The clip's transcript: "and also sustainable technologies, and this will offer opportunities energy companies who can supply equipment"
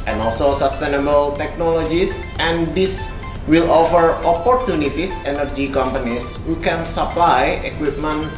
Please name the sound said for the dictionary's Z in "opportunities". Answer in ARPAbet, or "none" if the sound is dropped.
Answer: S